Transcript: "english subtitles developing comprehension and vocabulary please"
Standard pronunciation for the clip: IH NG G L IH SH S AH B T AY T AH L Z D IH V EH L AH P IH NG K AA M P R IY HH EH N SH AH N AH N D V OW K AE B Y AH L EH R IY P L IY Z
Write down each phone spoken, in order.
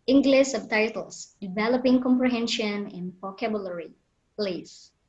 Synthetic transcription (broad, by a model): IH NG G L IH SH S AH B T AY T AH L S D IH V EH L AH P IH NG K AA M P R IY HH EH N SH AH N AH N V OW K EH B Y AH L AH R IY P L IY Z